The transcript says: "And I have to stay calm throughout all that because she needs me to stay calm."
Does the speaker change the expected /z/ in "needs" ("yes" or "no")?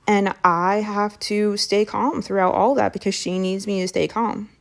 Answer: no